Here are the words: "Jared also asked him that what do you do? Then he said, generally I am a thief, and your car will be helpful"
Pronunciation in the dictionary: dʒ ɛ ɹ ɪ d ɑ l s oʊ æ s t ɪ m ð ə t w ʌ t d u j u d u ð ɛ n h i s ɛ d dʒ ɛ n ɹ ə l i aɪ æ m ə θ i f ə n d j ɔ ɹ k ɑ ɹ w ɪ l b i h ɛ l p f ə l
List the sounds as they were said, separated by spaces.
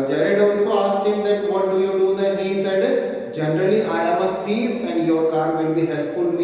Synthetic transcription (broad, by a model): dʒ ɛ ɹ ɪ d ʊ n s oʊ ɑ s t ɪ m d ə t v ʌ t d u j u d u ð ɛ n h i s ɛ d dʒ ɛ n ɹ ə l i aɪ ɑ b ə t i ə n d j ɔ ɹ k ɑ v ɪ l b i h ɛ l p f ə l